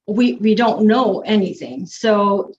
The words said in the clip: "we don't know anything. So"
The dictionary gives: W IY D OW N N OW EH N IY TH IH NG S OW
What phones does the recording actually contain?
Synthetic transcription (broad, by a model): W IY D OW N N OW EH N IY TH IH NG S OW